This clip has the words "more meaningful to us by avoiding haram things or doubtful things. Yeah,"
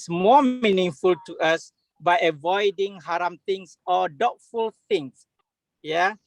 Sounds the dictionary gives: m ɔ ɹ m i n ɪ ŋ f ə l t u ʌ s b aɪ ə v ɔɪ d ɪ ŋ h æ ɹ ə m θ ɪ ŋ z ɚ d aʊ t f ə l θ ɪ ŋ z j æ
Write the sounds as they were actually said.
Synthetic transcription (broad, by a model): m ɔ m i n ɪ ŋ f ə l t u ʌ s b aɪ ə v ɔɪ d ɪ ŋ h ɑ ɹ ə m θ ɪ ŋ s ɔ d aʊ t f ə l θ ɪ ŋ s j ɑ